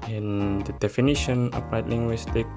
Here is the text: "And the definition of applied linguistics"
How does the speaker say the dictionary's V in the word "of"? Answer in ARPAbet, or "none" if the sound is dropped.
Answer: P